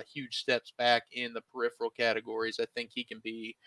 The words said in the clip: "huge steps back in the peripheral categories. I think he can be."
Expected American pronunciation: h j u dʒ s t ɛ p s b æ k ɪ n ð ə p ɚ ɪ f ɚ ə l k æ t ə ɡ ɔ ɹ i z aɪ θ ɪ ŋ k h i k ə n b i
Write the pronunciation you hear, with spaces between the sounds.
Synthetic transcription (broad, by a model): h j u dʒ s t ɛ p s b æ k ɪ n ð ə p ɚ ɪ f ɚ l k æ t ə ɡ ɔ ɹ i z aɪ θ ɪ ŋ k h i k ə n b i